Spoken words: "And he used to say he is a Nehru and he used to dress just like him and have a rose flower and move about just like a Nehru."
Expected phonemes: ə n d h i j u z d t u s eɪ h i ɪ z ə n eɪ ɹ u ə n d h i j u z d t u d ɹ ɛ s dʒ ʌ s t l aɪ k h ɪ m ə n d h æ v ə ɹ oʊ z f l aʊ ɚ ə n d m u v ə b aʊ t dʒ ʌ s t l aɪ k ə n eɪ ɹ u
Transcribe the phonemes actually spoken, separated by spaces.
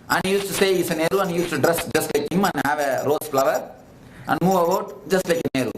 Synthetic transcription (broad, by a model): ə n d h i j u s t u s eɪ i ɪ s ə n eɪ ɹ u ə n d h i j u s t u d ɹ ɛ s dʒ ʌ s t l aɪ k h ɪ m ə n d h æ v ə ɹ oʊ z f l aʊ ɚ ə n d m u v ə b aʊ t dʒ ʌ s t l aɪ k ə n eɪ ɹ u